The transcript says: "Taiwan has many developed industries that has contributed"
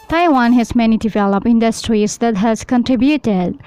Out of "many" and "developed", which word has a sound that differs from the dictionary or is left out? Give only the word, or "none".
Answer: developed